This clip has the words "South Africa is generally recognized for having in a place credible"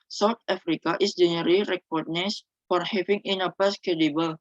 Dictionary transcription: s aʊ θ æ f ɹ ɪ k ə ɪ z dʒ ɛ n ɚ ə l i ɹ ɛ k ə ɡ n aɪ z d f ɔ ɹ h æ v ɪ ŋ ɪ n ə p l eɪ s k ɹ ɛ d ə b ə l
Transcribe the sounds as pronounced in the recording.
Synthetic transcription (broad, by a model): s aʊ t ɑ f ɹ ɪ k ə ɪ s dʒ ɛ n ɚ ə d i ɹ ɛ k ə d n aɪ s f ɔ ɹ h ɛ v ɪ ŋ ɪ n ə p ɑ s k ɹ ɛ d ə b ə l